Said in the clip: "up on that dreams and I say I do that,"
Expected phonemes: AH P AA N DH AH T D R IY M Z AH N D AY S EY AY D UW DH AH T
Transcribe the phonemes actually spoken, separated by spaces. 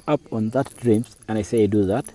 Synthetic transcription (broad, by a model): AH P AA N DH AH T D R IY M S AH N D AY S EY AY D UW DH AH T